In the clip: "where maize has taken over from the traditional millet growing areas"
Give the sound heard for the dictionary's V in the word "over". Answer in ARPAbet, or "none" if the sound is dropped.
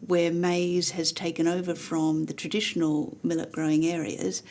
V